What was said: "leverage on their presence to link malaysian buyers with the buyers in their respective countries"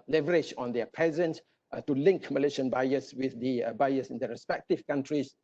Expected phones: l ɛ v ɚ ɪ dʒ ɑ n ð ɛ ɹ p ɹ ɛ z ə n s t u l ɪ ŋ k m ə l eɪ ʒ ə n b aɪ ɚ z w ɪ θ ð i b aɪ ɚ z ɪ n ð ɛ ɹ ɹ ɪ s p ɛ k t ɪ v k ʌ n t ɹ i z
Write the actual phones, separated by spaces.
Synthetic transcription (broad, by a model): l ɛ v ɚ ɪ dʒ ɑ n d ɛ p ɛ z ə n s t u l ɪ ŋ k m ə l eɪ ʃ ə n b aɪ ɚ s w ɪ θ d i b aɪ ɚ s ɪ n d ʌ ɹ ɹ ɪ s p ɛ k t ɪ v k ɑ n t ɹ i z